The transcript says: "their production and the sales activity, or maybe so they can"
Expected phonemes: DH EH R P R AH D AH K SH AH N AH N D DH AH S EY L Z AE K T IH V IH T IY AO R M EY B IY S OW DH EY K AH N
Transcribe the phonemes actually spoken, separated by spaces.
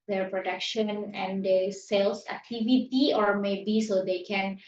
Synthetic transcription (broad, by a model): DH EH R P R AH D AH K SH AH N AH N D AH S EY L S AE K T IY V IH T IY AO R M EY B IY S OW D EY K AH N